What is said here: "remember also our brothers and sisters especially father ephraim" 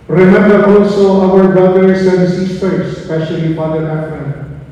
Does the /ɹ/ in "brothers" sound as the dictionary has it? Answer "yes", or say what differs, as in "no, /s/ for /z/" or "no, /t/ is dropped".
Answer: no, /ɹ/ is dropped